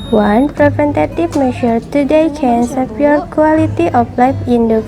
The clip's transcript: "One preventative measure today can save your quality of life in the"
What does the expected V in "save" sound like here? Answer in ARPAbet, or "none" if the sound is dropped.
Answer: P